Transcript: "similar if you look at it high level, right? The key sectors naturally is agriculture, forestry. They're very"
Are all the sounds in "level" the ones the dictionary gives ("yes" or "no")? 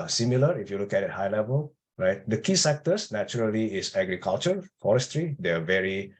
yes